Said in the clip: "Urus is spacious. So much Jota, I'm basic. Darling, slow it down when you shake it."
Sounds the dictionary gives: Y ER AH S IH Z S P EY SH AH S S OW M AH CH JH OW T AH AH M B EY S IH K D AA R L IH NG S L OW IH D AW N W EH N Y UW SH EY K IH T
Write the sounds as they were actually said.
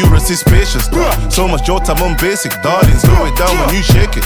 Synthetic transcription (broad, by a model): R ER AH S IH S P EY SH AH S S OW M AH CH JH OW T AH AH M B EY S IH K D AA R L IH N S OW IH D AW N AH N Y UW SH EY K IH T